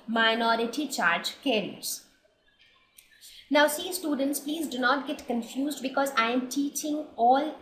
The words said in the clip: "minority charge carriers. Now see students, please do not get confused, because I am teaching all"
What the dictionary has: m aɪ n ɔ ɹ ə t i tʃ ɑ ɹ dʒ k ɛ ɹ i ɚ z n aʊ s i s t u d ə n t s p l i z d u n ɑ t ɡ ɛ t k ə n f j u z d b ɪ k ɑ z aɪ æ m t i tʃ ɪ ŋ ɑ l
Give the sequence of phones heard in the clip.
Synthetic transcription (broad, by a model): m aɪ n ɔ ɹ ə t i tʃ ɑ ɹ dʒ k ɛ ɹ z n aʊ s i s t u d ə n t s p l i z d u n ɑ t ɡ ɛ t k ə n f j u z d b ɪ k ɑ z aɪ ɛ m t i tʃ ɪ ŋ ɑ l